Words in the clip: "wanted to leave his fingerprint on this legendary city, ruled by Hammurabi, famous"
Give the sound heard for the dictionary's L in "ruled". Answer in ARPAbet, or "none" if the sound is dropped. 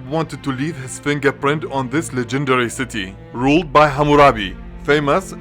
L